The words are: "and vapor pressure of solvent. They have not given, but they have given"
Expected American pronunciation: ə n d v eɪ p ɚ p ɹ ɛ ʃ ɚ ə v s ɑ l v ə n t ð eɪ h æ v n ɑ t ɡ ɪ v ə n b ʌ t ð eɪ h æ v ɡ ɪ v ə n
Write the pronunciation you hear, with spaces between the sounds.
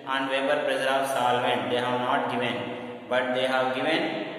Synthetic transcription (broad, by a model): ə n d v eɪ b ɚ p ɹ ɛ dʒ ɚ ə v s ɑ l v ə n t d eɪ h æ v n ɑ t ɡ ɪ v ə n b ʌ t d eɪ h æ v ɡ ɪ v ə n